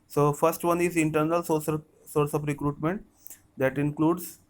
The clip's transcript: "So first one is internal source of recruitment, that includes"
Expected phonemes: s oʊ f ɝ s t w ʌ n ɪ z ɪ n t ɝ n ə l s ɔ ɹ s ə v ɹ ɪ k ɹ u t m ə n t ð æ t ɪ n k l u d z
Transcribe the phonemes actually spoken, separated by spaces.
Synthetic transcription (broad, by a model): s oʊ f ɝ s t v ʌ n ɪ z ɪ n t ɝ n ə l s ɔ ɹ s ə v ɹ ɪ k ɹ u t m ə n t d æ t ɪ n k l u d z